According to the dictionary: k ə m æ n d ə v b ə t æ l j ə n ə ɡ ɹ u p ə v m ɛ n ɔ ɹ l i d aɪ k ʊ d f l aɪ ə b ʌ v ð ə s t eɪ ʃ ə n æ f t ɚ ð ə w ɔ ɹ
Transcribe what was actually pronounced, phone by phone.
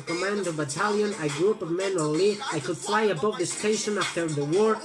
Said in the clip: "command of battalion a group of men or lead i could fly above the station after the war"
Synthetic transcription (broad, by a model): k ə m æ n d ə v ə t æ l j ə n ə ɡ ɹ u p ə v m ɛ n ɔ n l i aɪ k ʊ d f l aɪ ə b ʌ v ð ə s t eɪ ʃ ə n æ f t ɚ ð ə w ɔ ɹ